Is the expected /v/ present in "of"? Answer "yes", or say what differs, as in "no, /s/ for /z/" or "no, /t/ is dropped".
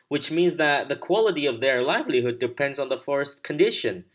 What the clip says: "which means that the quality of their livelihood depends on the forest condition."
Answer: yes